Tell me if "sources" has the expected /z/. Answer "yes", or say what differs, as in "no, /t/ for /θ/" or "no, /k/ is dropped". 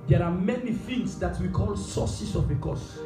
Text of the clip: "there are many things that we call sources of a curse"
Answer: no, /s/ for /z/